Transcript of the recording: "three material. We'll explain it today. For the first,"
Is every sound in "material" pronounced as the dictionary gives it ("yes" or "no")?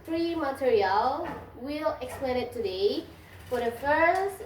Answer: yes